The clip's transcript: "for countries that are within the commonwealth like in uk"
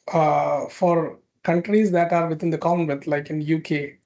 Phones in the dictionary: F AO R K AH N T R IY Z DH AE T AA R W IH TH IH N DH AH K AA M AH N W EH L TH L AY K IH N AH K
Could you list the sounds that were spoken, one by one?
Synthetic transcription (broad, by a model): F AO R K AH N T R IY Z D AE T AA R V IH T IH N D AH K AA AH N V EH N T L AY K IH N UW K